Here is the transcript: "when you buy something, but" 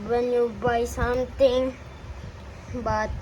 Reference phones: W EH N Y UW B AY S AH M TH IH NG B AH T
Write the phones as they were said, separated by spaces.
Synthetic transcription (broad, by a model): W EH N Y UW B AY S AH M T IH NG B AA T